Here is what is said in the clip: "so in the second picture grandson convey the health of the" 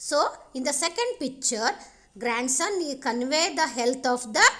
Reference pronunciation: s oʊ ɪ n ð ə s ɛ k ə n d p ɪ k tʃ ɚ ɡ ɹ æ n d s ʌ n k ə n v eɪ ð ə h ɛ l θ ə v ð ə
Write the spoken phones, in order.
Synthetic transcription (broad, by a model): s oʊ ɪ n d ə s ɛ k ə n d p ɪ k tʃ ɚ ɡ ɹ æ n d s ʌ n k ə n v eɪ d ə h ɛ l t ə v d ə